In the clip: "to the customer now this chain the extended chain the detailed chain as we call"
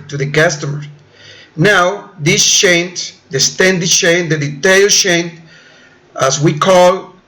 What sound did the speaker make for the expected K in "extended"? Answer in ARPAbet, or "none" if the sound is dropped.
none